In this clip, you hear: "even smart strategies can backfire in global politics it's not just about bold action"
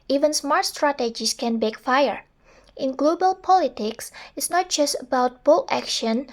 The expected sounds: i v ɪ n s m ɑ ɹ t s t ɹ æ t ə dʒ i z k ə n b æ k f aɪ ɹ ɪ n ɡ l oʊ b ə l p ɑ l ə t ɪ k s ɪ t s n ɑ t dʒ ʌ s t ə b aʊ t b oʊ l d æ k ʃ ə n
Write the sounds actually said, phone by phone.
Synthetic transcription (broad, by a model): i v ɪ n s m ɑ ɹ t s t ɹ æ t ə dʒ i s k ə n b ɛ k f aɪ ɹ ɪ n ɡ l oʊ b ə l p ɑ l ə t ɪ k s ɪ t s n ɑ t dʒ ʌ s t ə b aʊ t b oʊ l æ k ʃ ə n